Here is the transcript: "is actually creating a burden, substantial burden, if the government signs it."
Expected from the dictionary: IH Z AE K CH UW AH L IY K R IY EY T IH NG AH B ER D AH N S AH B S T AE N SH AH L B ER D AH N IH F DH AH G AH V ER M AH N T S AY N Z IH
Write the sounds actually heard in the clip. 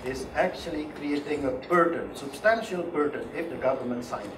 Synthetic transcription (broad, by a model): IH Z AE K CH UW AH L IY K R IY EY T IH NG AH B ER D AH N S AH B S T AE N SH AH L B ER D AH N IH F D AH G AH V ER M AH N T S AY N